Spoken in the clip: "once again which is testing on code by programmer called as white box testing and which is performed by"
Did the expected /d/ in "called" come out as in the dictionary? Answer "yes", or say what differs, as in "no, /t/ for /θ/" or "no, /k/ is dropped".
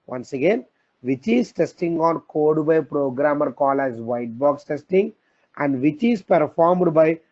no, /d/ is dropped